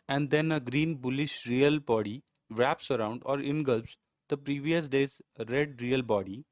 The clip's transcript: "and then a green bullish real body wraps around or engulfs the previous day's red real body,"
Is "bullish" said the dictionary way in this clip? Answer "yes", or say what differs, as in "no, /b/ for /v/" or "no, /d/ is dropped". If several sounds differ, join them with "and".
yes